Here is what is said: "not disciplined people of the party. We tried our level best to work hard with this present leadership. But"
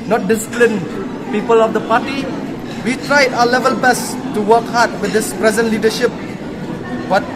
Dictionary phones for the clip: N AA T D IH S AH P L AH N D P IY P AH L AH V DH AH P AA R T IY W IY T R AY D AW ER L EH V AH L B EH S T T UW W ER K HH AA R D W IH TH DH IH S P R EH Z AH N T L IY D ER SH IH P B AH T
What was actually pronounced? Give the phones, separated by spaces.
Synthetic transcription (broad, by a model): N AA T D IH S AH P L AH N P IY P AH L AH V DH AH P AA T IY W IY T R AY D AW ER L EH V AH L B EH S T T UW W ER K HH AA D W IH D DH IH S P R EH Z AH N T L IY D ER SH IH P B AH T